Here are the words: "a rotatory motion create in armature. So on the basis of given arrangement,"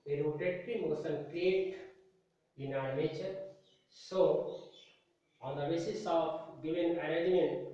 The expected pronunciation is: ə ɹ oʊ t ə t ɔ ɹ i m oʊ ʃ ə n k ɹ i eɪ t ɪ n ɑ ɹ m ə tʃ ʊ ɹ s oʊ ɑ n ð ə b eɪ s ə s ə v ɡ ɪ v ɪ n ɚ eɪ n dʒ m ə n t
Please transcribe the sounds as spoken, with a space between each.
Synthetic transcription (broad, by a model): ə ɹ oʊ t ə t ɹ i m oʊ s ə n k ɹ i eɪ t ɪ n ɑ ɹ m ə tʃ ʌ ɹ s oʊ ɑ n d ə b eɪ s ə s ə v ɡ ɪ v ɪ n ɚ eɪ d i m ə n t